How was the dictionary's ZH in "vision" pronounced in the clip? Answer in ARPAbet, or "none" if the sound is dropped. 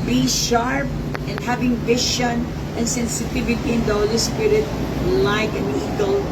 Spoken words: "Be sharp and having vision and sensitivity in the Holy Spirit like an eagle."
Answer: SH